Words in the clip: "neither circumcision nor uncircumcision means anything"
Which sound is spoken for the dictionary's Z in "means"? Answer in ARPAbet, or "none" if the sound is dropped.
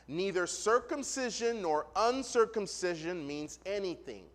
Z